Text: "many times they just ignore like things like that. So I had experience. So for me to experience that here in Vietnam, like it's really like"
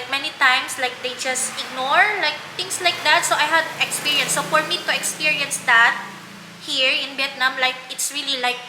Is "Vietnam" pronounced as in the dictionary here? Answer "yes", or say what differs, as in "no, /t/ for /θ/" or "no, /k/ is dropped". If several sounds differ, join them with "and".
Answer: no, /b/ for /v/